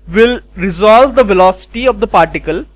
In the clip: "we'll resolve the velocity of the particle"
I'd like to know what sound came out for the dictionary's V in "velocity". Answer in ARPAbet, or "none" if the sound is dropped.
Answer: V